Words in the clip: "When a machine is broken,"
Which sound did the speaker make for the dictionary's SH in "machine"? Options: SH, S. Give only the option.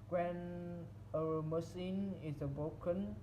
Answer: S